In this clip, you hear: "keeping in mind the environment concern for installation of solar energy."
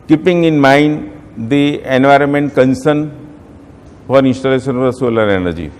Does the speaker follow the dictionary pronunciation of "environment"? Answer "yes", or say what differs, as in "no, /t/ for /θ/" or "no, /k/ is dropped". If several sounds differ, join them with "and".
yes